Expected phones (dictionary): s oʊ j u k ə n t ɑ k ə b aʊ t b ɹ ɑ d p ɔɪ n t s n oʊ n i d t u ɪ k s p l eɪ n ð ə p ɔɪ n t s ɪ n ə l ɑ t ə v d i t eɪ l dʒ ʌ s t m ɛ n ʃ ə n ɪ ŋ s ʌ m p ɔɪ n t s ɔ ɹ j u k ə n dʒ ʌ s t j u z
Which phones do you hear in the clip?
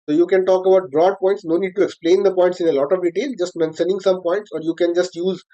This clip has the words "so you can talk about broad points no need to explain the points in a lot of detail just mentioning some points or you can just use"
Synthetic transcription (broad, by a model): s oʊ j u k ə n t ɑ k ə b aʊ t b ɹ ɑ d p ɔɪ n t s n oʊ n i d t u ɪ k s p l eɪ n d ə p ɔɪ n t s ɪ n ə l ɑ t ə v d i t eɪ l dʒ ʌ s t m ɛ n s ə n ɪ ŋ s ʌ m p ɔɪ n t s ɔ ɹ j u k ə n dʒ ʌ s t j u z